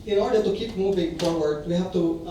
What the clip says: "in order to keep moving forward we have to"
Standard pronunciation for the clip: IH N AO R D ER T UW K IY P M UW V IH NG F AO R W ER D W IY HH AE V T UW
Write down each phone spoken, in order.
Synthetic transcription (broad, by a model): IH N AO R D ER T UW K IY P M UW V IH NG F AO R W ER D W IY HH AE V T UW